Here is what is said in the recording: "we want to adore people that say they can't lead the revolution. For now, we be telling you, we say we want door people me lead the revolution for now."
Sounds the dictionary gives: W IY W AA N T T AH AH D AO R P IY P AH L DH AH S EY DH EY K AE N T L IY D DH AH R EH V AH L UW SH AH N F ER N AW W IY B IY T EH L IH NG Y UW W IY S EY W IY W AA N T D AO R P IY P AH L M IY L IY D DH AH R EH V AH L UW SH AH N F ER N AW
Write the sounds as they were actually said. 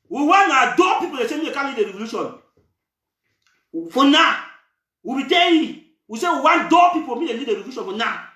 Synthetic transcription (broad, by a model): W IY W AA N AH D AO P IY P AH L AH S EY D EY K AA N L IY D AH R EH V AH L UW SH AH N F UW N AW W IY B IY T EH IH W IY S EY W IY W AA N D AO P IY P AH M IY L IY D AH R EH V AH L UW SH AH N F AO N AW